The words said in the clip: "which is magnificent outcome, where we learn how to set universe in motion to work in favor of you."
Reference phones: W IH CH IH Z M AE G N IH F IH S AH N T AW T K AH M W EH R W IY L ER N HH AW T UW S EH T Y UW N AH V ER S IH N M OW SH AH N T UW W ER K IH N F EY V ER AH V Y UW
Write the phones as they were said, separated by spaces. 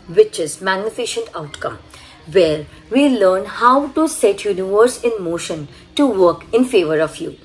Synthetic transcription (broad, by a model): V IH CH IH Z M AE G N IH F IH SH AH N T AW T K AH M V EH R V IY L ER N HH AW T UW S EH T Y UW N AH V ER S IH N M OW SH AH N T UW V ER K IH N F EY V ER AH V Y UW